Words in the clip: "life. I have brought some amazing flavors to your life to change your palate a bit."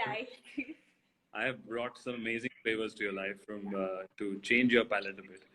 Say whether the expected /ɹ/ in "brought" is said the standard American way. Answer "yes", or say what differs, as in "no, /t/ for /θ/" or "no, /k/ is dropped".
yes